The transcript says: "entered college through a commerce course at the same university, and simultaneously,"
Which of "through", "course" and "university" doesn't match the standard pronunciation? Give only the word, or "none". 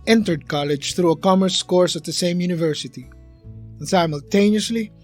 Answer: none